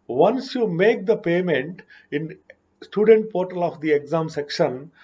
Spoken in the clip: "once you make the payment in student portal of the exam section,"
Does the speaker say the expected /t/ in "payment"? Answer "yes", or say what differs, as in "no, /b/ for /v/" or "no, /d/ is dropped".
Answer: yes